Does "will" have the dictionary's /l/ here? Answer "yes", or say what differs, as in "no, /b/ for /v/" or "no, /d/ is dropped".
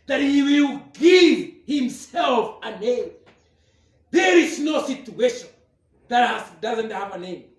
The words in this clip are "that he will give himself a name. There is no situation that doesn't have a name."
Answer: yes